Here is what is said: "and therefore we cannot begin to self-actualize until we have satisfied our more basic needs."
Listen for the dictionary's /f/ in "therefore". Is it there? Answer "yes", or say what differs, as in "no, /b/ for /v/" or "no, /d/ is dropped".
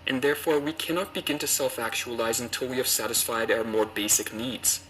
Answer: yes